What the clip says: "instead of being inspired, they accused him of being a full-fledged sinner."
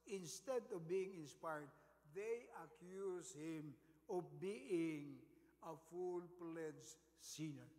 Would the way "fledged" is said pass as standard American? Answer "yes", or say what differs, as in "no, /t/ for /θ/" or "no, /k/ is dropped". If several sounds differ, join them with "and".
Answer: no, /p/ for /f/